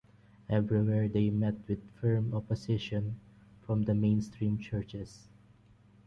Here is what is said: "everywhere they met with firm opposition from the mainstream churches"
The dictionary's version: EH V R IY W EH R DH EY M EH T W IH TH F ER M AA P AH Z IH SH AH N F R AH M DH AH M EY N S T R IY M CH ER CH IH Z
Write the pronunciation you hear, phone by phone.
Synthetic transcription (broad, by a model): EH V R IY W EH R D EY M EH T W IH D F ER M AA P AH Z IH SH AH N F R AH M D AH M EY N S T R IY M CH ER CH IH S